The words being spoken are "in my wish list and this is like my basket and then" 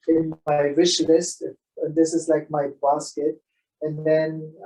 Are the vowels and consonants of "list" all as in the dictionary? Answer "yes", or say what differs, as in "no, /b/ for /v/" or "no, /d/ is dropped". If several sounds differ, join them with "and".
yes